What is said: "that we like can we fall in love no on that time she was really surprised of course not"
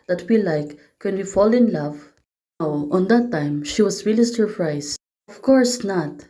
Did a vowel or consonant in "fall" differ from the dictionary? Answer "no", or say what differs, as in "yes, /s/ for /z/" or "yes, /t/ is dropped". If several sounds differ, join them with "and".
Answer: no